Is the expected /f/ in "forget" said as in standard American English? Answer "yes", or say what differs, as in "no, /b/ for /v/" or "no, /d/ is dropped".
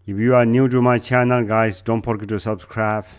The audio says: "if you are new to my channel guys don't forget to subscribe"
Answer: no, /p/ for /f/